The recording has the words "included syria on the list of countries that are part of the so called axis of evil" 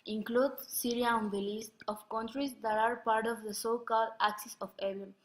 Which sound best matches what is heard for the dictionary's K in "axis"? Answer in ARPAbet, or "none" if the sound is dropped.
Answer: K